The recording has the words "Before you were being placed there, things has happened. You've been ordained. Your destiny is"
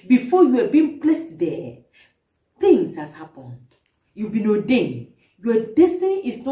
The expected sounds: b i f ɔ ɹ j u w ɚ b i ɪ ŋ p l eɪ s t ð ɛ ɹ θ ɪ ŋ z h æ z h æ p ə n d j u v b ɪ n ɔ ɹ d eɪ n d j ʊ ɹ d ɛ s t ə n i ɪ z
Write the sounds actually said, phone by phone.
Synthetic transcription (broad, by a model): b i f ɔ j u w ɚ b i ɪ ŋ p l eɪ s t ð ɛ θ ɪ ŋ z h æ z h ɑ p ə n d j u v b ɪ n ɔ d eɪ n j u w d ɛ s t ə n i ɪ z